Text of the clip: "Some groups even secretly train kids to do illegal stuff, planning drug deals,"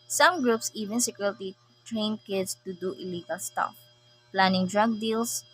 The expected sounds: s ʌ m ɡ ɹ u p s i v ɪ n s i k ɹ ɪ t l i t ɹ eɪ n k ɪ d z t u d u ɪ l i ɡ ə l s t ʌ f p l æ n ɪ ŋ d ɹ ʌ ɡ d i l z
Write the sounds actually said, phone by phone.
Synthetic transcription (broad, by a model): s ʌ m ɡ ɹ u p s i v ɪ n s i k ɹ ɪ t i t ɹ eɪ n k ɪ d s t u d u ɪ l i ɡ ə l s t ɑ f p l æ n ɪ ŋ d ɹ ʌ ɡ d i l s